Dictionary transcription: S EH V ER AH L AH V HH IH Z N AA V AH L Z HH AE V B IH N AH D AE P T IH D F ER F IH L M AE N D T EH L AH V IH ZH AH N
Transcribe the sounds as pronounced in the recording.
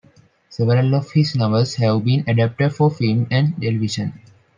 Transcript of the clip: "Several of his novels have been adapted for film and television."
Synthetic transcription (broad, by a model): S EH V ER AH L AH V HH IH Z N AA B AH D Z HH AE V B IH N AH D AE P T IH D F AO F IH L M AE N D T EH L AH V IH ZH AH N